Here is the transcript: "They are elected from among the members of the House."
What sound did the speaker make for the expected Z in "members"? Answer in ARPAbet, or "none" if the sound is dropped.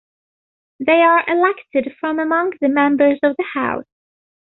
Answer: Z